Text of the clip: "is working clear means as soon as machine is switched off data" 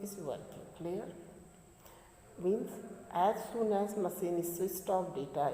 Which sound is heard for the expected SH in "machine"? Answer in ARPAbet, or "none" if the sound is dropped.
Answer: S